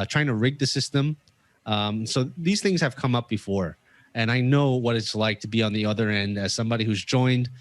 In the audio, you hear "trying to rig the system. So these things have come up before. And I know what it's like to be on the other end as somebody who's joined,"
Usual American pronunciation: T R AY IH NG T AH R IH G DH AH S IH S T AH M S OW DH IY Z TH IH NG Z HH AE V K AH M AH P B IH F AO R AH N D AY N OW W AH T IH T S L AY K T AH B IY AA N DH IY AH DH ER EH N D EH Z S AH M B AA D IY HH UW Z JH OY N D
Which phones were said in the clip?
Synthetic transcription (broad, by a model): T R AY IH NG T AH R IH G DH AH S IH S T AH M S OW DH IY Z TH IH NG Z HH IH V K AH M AH P B IH F AO R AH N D AY N OW W AH T IH T S L AY K T AH B IY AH N DH IY AH DH ER EH N D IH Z S AH M B AA D IY HH UW Z JH OY N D